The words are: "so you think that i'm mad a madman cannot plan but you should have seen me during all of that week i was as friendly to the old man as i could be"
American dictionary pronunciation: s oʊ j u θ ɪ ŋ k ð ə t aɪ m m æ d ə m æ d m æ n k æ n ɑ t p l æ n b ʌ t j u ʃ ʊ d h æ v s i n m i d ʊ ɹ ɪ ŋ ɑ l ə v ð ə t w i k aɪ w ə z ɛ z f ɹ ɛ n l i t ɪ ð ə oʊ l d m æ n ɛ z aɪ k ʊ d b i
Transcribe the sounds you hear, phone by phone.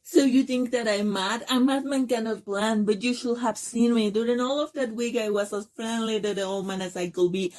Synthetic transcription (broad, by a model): s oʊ j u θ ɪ ŋ k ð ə t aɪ m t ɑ ə m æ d m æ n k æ n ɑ t p l æ n b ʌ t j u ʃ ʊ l h æ v s i n m i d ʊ ɹ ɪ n ɑ l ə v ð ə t w i k aɪ w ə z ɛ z f ɹ ɛ n l i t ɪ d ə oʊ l m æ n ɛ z aɪ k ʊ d b i